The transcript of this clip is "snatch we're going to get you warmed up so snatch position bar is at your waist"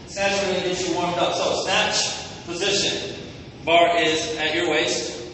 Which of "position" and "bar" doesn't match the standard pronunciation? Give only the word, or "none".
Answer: none